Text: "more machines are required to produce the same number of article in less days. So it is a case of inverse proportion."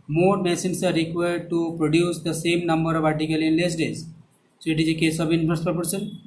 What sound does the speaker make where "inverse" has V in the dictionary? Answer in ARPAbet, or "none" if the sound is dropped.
F